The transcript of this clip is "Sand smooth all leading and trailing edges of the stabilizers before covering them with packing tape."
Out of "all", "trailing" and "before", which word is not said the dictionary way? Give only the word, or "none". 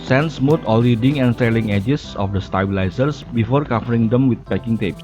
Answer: trailing